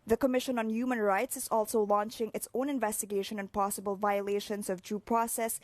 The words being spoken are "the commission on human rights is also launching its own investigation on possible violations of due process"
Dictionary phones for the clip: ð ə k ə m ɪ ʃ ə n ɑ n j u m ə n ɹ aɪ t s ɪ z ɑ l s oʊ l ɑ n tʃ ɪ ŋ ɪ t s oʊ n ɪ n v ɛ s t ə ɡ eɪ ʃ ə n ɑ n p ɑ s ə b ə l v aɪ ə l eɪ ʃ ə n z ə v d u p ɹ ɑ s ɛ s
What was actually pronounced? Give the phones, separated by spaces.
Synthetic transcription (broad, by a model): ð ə k ə m ɪ ʃ ə n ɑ n j u m ə n ɹ aɪ t s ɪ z ɑ l s oʊ l ɑ n tʃ ɪ ŋ ɪ t s oʊ n ɪ n v ɛ s t ə ɡ eɪ ʃ ə n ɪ n p ɑ s ə b ə l v aɪ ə l eɪ ʃ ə n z ə v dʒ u p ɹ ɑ s ɛ s